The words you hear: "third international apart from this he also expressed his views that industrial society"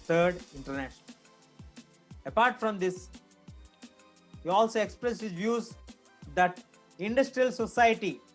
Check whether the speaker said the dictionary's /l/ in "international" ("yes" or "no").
no